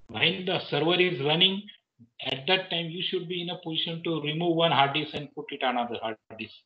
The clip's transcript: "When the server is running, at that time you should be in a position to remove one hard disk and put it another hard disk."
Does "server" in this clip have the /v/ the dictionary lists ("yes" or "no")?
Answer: yes